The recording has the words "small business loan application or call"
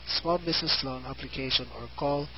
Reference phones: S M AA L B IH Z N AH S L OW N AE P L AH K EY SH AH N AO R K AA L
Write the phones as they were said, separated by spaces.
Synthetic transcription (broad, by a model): S M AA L B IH S N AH S L OW N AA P L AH K EY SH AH N AO R K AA L